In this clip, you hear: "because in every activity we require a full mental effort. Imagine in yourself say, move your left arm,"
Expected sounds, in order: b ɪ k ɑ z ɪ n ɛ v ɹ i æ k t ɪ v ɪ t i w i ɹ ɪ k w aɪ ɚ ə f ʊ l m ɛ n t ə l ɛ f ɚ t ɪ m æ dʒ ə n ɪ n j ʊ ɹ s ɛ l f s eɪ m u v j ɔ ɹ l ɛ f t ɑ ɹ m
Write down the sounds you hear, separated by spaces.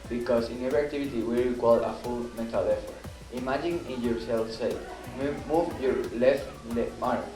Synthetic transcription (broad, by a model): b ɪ k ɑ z ɪ n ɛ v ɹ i k t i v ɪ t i w i ɹ ɪ k w aɪ ɚ ə f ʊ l m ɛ t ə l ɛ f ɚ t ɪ m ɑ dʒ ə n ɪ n j ʊ ɹ s ɛ l f s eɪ m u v j ɔ ɹ l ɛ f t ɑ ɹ